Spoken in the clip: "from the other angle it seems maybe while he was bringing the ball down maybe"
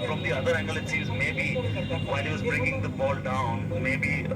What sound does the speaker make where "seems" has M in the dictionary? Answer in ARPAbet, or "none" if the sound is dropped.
none